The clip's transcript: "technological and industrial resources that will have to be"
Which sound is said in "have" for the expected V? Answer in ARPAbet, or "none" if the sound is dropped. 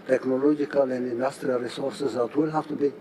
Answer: F